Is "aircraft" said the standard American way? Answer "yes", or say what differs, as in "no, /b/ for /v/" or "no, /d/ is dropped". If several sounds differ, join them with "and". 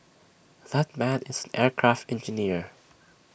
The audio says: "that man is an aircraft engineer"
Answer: yes